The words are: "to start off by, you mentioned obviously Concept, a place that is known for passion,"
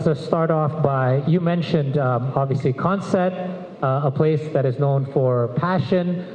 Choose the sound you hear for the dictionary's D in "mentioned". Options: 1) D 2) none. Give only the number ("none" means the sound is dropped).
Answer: 1